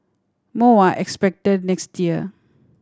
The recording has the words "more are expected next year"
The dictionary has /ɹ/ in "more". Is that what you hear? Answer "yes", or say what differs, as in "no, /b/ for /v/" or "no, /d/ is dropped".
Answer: no, /w/ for /ɹ/